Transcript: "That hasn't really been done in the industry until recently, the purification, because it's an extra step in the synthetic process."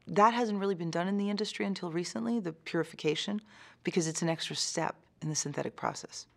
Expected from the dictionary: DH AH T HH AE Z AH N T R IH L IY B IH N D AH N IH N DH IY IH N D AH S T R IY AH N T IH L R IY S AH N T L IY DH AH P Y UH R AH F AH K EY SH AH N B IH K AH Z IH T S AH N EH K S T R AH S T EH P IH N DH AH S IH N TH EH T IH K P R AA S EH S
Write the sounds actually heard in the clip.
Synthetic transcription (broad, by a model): DH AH T HH AE Z AH N T R IH L IY B IH N D AH N IH N DH IY IH N D AH S T R IY AH N T IH L R IY S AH N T L IY DH AH P Y UH R AH F AH K EY SH AH N B IH K AH Z IH T S N EH K S T R AH S T EH P IH N DH AH S IH N TH EH T IH K P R AA S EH S